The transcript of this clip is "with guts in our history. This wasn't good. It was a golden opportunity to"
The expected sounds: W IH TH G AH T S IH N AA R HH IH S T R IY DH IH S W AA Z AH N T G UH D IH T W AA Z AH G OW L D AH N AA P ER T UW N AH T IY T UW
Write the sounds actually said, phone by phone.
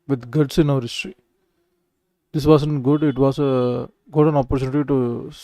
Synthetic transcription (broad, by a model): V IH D G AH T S IH N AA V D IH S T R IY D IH S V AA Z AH N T G UH D IH T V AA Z AH G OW D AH N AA P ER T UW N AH T IY T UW